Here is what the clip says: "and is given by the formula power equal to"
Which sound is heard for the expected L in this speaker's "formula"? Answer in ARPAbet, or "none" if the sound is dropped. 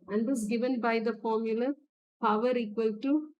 L